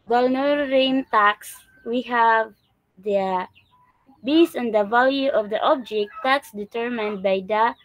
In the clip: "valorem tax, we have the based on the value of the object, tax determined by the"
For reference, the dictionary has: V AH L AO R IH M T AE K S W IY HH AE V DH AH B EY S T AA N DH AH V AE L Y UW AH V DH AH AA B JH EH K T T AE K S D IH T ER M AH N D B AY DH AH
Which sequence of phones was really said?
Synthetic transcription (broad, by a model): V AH L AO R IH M T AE K S W IY HH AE V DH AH B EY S AA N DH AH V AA L Y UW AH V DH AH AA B JH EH K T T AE K S D IH T ER M AH N D B AY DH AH